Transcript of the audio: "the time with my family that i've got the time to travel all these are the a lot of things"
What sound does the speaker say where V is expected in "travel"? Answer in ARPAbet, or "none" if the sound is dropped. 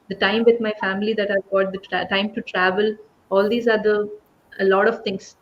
V